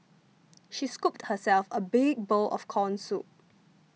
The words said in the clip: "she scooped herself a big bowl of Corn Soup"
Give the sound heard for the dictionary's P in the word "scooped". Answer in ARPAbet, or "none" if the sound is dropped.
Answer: P